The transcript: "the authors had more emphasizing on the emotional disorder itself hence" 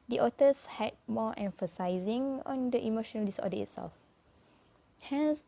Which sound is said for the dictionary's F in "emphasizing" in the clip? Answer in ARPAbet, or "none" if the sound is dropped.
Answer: F